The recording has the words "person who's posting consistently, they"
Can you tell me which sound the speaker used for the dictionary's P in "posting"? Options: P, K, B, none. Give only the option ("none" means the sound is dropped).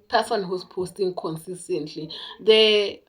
P